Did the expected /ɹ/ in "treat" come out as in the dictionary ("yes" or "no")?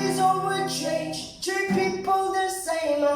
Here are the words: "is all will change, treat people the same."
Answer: no